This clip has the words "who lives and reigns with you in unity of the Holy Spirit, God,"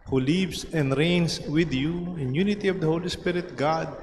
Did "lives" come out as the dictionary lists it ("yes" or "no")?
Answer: no